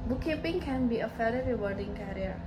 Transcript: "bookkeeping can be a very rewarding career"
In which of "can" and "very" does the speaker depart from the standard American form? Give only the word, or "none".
very